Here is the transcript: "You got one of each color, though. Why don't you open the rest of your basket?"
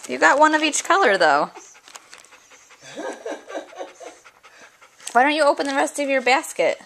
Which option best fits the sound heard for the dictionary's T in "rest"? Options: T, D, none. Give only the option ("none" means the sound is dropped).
T